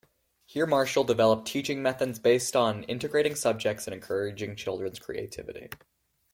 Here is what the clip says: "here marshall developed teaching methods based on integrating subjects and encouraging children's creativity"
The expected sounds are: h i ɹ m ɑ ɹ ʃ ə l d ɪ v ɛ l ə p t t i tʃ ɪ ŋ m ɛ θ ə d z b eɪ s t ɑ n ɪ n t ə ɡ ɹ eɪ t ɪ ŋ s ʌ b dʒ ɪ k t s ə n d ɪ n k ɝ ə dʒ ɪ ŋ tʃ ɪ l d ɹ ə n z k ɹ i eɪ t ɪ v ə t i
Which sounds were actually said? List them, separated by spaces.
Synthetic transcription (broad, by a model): h i ɹ m ɑ ɹ ʃ l d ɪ v ɛ l ə p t t i tʃ ɪ ŋ m ɛ θ ə d z b eɪ s t n ɪ n t ə ɡ ɹ eɪ t ɪ ŋ s ʌ b dʒ ɪ k t s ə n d ɪ n k ɝ ə dʒ ɪ ŋ tʃ ɪ l d ɹ ə n z k ɹ i eɪ t ɪ v ə t i